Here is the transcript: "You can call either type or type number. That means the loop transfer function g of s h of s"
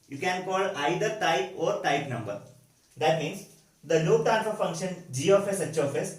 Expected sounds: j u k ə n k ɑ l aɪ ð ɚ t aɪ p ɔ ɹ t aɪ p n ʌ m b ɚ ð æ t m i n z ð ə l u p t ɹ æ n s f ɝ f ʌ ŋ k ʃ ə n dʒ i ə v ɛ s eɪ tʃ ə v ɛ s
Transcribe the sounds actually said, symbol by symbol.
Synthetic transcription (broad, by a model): j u k ə n k ɑ l aɪ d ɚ t aɪ p ɔ ɹ t aɪ p n ʌ m b ɚ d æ t m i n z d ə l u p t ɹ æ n f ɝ f ʌ ŋ k ʃ ə n dʒ i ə f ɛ s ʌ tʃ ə f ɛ s